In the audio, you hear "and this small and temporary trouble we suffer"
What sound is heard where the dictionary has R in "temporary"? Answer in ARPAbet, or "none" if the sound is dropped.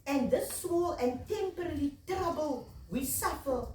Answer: L